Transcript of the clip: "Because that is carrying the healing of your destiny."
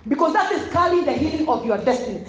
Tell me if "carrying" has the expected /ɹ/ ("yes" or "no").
no